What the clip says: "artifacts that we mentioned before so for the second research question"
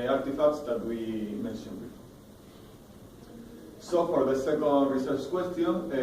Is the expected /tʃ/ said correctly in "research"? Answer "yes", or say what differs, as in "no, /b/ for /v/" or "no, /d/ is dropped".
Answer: no, /s/ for /tʃ/